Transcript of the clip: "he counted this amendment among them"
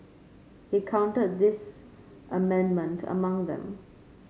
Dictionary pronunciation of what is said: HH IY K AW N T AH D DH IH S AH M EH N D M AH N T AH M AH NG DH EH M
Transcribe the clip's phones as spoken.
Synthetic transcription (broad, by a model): HH IY K AW N T AH D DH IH S AH M EH N D M AH N T AH M AH NG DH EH M